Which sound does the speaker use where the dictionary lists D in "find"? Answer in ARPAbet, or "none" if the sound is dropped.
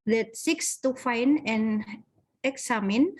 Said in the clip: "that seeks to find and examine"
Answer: none